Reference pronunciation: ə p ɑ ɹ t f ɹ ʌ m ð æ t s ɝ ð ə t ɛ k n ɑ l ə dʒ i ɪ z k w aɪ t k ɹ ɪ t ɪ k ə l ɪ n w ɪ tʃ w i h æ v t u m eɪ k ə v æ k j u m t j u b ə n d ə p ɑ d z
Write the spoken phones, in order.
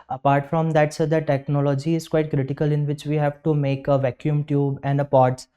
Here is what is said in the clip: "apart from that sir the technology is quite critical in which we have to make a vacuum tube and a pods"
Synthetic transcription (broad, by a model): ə p ɑ ɹ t f ɹ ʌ m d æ t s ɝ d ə t ɛ k n ɑ l ə dʒ i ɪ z k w aɪ t k ɹ ɪ t ɪ k ə l ɪ n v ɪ tʃ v i h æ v t u m eɪ k ə v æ k j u m t j u b ə n d ə p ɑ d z